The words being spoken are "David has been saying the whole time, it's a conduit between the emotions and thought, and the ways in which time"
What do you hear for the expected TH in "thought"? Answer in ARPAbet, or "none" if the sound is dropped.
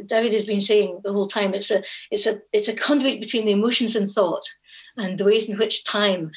TH